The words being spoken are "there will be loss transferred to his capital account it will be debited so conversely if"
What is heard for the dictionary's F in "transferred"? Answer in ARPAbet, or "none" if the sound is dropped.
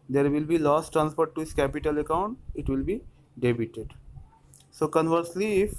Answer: P